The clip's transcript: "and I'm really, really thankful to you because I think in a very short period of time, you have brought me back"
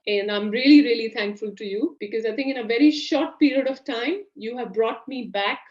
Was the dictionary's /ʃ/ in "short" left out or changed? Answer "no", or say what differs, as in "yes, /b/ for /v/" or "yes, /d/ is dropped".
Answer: no